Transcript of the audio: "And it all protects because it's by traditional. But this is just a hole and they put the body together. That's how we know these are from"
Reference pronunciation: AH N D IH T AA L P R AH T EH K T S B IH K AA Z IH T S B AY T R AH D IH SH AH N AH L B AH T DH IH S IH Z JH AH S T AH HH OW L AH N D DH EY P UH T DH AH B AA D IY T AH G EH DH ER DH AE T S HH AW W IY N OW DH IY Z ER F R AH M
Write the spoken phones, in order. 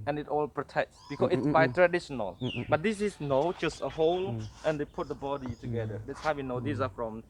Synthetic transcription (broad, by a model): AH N IH T AA L P R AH T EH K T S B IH K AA S IH T S B AY T R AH D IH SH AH N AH L B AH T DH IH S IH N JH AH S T AH HH OW L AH N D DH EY P UH T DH AH B AA D IY T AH G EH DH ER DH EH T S HH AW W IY N OW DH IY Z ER F R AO M